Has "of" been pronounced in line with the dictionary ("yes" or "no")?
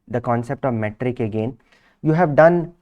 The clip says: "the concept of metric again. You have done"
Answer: yes